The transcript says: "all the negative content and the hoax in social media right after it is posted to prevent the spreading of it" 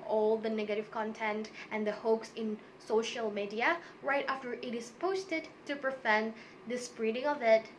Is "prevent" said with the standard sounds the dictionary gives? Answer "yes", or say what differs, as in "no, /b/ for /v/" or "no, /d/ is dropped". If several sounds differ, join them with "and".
no, /f/ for /v/